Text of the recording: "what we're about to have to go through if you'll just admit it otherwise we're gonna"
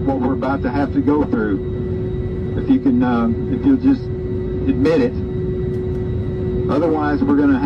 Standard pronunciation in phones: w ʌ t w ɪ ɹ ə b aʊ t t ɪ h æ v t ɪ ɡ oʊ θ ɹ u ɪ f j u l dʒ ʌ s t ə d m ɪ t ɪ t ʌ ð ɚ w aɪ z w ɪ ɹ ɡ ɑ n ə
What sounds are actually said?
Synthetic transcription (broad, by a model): w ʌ t w ɪ ɹ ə b aʊ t t ɪ h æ f t ɪ ɡ oʊ θ ɹ u ɪ f j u l dʒ ʌ s t ə d m ɪ t ɪ t ʌ ð ɚ w aɪ z w ɪ ɹ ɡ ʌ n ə